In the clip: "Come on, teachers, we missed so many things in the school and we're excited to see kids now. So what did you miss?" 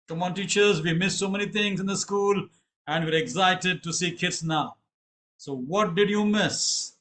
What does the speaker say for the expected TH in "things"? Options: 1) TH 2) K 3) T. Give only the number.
3